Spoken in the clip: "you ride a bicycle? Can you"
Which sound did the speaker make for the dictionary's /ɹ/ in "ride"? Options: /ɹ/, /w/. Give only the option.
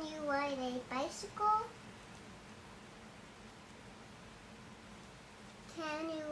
/w/